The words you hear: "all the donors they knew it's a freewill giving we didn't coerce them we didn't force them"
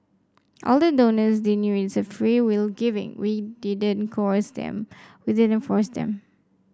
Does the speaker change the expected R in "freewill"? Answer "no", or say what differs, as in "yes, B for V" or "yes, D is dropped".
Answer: no